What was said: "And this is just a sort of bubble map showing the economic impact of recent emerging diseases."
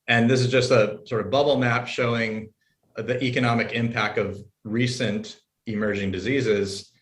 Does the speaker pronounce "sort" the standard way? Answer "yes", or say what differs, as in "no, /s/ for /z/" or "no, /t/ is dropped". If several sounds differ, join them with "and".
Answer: yes